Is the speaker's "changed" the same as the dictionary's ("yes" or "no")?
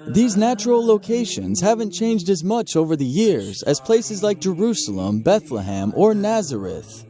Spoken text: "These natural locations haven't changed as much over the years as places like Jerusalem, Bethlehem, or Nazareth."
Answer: yes